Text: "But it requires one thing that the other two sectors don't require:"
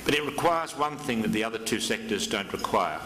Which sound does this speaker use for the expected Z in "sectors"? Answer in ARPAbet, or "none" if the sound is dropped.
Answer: Z